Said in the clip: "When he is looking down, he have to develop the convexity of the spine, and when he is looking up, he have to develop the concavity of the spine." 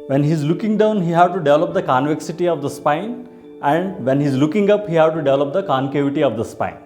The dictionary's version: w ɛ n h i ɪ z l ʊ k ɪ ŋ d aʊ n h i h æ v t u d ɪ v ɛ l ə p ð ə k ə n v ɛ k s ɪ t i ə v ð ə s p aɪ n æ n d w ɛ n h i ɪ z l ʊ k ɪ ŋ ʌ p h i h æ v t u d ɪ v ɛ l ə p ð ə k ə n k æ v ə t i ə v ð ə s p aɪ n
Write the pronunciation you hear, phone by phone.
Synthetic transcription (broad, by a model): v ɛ n h i z l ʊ k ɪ ŋ d aʊ n h i h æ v t u d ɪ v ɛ l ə p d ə k ə n v ɛ k s ɪ t i ə v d ə s p aɪ n æ n d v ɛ n h i z l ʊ k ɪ ŋ ʌ p h i h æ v t u d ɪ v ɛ l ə p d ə k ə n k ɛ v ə t i ə v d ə s p aɪ n